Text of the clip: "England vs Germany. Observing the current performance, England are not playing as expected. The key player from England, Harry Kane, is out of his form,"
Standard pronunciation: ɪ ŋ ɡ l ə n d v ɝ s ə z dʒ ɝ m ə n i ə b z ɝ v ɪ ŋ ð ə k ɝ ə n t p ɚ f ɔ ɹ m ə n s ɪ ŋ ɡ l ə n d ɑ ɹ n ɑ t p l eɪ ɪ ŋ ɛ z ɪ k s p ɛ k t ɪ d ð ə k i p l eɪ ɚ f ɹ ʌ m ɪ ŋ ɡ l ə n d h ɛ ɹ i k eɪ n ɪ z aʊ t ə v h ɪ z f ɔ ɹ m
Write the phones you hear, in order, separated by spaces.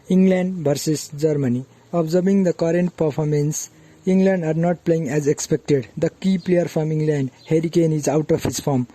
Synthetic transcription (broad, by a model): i ŋ ɡ l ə n d b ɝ s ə s dʒ ɝ m ə n i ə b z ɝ b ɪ ŋ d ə k ɝ ə n t p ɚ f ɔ ɹ m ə n s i ŋ ɡ l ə n d ɑ ɹ n ɑ t p l eɪ ɪ ŋ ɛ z ɪ k s p ɛ k t ɪ d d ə k i p l eɪ ɚ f ɹ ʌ m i ŋ ɡ l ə n d h ɛ ɹ i k eɪ n ɪ z aʊ t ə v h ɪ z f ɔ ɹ m